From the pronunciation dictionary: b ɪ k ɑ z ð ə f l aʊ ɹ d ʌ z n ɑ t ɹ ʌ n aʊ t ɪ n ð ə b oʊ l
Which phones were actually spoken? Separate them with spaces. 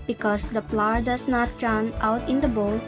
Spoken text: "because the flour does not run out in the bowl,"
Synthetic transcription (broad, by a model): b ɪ k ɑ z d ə p l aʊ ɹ d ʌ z n ɑ t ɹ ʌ n aʊ t ɪ n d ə b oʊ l